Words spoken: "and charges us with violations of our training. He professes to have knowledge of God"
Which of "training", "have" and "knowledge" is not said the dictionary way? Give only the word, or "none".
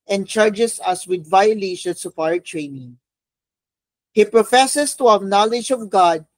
none